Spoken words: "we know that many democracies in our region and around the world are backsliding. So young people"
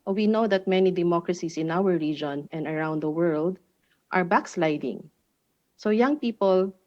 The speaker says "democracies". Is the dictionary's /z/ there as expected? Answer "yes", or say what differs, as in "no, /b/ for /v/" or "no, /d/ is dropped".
no, /s/ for /z/